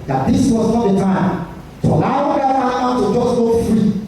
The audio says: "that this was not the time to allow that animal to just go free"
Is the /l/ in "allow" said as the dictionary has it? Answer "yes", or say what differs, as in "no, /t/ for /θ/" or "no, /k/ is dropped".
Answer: no, /w/ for /l/